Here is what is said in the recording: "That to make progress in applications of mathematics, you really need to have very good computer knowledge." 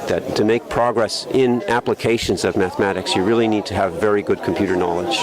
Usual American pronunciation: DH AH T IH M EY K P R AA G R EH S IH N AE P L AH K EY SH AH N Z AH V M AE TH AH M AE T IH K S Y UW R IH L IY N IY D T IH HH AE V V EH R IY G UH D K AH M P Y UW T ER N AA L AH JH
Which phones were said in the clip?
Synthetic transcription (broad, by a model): DH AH T IH M EY K P R AA G R EH S IH N AE P L AH K EY SH AH N Z AH V M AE TH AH M AE T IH K S Y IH R IH L IY N IY D T IH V V EH R IY G UH D K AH M P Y UW T ER N AA L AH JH